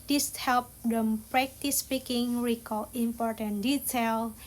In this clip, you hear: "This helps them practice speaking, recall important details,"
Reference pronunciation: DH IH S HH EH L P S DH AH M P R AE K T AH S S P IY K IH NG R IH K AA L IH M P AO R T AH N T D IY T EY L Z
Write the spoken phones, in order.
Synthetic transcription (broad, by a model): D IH S HH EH L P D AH M P R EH K T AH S S P IY K IH NG R IH K AA L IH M P AO R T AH N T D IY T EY L